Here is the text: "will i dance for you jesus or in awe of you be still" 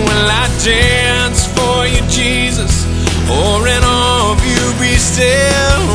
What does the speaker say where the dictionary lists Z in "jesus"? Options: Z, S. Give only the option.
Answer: Z